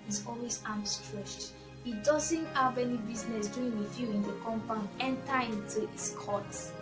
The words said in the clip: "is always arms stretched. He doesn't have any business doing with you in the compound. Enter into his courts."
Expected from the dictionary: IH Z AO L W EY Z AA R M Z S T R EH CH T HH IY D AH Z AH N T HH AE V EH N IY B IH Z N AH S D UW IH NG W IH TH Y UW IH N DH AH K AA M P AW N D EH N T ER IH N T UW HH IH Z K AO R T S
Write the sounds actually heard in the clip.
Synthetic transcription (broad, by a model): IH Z AO L W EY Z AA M S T R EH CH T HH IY D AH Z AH N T HH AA V EH N IY B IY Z N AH S D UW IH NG W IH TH Y UW IH N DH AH K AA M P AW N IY EH N T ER IH N T UW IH S K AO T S